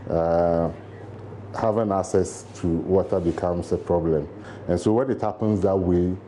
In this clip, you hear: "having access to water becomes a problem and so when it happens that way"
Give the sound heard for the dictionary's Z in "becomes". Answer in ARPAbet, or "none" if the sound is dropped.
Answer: S